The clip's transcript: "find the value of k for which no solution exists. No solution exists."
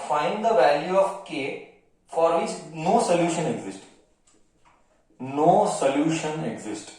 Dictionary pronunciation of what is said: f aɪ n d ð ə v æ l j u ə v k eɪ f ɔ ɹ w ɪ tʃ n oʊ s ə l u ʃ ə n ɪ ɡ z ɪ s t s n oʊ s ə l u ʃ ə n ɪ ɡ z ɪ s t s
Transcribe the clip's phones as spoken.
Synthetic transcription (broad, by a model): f aɪ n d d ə v æ l j u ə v k eɪ f ɔ ɹ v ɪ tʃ n oʊ s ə l u ʃ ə n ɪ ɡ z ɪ s t n oʊ s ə l u ʃ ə n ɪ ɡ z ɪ s t